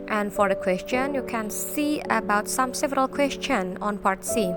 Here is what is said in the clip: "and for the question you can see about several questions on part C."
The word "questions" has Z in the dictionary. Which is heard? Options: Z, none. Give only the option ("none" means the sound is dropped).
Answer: none